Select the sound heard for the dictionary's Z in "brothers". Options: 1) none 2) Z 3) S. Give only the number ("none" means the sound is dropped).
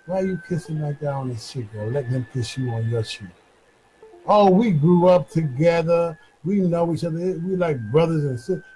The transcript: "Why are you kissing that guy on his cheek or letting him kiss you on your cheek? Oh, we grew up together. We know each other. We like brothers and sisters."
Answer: 2